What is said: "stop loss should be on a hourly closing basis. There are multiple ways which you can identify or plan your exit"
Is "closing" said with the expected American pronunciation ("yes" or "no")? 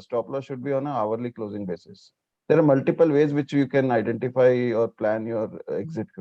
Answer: yes